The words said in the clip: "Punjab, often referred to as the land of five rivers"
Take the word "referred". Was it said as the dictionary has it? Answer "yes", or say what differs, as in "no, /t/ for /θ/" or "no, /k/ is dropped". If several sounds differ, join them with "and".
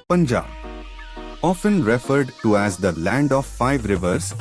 yes